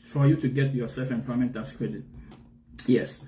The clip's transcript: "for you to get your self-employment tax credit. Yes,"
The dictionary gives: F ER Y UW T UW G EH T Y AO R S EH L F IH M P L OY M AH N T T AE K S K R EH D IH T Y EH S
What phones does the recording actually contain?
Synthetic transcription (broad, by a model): F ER Y UW T UW G EH T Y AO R S EH L F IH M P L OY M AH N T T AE S K R EH D IH T Y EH S